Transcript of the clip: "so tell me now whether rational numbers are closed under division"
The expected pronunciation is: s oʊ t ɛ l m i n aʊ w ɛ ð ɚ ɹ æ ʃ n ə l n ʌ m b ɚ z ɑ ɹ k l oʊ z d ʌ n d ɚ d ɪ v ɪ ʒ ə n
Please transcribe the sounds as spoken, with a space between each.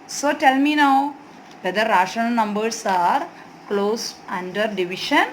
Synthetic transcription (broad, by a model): s oʊ t ɛ l m i n aʊ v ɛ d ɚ ɹ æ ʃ ə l n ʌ m b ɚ s ɑ ɹ k l oʊ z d ʌ n d ɚ d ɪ v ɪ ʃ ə n